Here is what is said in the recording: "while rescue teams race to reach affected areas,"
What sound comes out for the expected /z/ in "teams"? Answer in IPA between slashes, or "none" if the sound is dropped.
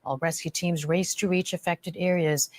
/z/